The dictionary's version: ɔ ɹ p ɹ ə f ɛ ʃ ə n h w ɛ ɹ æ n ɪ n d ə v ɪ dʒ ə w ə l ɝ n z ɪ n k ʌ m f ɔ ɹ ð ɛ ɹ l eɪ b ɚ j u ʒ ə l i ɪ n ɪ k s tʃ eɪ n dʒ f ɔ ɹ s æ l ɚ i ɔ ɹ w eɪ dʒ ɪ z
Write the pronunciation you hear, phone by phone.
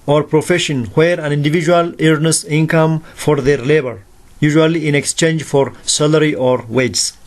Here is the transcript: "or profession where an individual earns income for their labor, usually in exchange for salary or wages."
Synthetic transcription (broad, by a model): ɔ ɹ p ɹ ə f ɛ ʃ ə n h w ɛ ɹ æ n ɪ n d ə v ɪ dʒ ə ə l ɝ n s ɪ n k ʌ m f ɔ ɹ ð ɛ ɹ l eɪ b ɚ j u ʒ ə l i ɪ n ɪ k s tʃ eɪ n dʒ f ɔ ɹ s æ l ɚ i ɔ ɹ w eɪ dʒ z